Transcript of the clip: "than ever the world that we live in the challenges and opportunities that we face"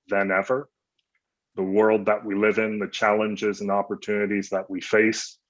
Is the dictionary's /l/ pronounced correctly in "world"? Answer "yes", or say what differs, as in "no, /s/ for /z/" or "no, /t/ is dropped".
yes